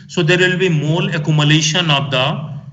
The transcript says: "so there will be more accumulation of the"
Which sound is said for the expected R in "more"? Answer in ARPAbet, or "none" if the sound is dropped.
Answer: L